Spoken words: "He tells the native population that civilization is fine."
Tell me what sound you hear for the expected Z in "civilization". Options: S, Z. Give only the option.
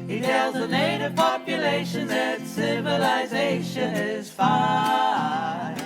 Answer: Z